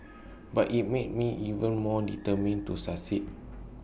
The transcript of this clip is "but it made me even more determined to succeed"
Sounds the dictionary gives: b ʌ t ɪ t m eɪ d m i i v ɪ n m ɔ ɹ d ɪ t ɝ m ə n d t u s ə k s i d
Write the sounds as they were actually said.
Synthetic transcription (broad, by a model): b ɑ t ɪ t m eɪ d m i i v ɪ n m ɔ d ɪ t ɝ m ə n t u s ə s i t